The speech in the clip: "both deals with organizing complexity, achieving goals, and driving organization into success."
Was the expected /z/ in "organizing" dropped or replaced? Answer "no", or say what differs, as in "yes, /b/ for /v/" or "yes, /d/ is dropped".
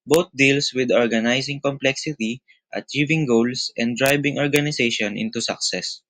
yes, /s/ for /z/